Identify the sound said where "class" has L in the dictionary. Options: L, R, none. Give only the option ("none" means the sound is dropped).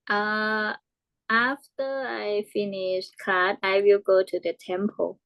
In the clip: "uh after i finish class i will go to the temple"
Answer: none